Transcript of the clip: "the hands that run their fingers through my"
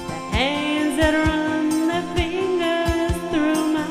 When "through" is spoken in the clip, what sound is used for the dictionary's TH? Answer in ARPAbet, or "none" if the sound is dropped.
TH